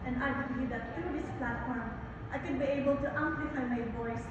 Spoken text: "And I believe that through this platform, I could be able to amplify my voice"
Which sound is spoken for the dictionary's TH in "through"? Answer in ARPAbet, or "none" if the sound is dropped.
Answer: T